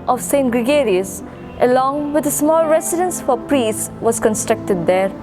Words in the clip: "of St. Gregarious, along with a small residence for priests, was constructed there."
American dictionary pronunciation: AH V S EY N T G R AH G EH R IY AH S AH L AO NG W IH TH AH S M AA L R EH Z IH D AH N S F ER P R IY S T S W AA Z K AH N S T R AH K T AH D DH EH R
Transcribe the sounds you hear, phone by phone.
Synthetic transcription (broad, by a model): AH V S EY N T G R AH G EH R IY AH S AH L AO NG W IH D AH S M AA L R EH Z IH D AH N S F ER P R IY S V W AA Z K AH N S T R AH K T AH D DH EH R